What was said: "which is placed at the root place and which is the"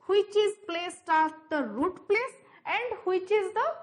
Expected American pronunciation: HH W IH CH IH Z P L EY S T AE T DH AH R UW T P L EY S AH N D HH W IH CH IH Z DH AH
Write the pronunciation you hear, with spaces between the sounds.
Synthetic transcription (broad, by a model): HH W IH CH IH Z P L EY S T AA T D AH R UW T P L EY S AH N D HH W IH CH IH Z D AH